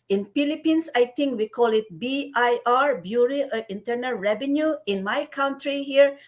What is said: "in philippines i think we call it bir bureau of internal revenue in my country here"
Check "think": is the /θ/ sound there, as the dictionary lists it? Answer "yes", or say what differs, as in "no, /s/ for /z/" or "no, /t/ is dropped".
no, /t/ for /θ/